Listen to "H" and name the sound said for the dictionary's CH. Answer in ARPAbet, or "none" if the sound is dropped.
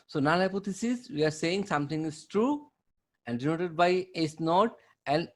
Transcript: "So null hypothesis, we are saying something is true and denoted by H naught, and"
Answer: S